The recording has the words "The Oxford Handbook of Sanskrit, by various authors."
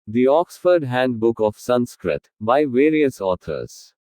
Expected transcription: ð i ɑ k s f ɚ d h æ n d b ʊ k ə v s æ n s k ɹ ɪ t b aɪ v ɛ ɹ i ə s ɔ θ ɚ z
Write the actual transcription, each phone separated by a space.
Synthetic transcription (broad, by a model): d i ɑ k s f ɚ d h æ n d b ʊ k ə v s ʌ n s k ɹ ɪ t b aɪ v ɛ ɹ i ə s ɔ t ɚ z